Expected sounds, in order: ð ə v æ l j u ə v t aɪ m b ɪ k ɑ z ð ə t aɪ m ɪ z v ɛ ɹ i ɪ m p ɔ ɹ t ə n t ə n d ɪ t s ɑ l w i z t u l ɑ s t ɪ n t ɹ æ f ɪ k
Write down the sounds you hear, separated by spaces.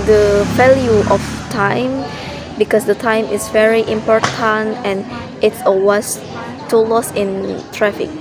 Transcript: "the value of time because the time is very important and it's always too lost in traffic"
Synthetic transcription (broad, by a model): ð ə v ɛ l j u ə f t aɪ m b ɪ k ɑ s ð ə t aɪ m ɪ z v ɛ ɹ i ɪ m p ɔ ɹ t ə n t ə n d ɪ t s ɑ w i s t u l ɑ s ɪ n t ɹ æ f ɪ k